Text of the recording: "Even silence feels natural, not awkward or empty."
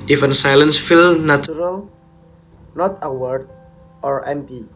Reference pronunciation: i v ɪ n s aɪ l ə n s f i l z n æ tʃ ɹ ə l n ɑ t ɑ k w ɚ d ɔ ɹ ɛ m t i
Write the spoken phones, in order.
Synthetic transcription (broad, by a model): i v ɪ n s aɪ l ə n s f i l n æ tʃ ɹ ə l n ɑ t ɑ w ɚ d ɔ ɹ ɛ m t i